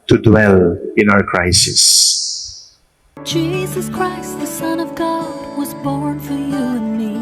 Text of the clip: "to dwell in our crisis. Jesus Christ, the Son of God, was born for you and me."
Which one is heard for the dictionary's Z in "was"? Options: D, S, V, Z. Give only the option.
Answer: Z